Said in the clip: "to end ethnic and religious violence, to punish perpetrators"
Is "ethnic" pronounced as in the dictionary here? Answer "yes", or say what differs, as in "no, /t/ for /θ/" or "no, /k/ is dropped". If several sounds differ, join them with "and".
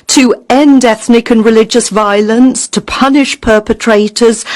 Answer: yes